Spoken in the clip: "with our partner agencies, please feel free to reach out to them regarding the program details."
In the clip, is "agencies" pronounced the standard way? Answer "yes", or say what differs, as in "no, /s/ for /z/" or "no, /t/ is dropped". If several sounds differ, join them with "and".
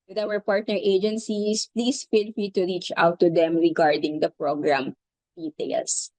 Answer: no, /s/ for /z/